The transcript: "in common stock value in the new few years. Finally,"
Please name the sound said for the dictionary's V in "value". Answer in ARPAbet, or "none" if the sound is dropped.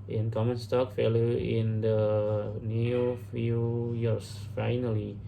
F